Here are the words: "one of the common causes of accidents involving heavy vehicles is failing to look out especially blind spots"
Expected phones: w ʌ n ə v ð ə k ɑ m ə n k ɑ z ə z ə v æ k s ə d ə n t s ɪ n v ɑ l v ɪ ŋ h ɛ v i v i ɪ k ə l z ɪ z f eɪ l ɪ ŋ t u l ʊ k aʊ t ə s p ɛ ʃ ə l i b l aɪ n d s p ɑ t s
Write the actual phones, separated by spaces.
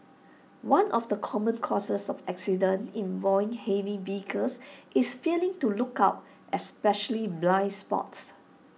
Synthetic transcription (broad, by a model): w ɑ n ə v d ə k ɑ m ə n k ɑ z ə s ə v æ k s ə d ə n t ɪ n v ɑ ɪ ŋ h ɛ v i b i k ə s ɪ s f eɪ l ɪ ŋ t u l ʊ k aʊ t ə s p ɛ ʃ ə l i b l aɪ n s p ɑ t s